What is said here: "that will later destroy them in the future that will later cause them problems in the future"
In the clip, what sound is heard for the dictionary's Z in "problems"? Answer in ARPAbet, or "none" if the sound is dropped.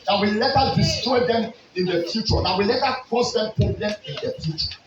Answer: none